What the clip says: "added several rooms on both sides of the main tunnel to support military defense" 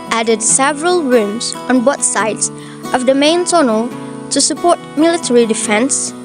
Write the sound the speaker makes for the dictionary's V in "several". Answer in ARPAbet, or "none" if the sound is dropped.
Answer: V